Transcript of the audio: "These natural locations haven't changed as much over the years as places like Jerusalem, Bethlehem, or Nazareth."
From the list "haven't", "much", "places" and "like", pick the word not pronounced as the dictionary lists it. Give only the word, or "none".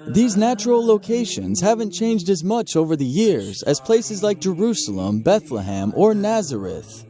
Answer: none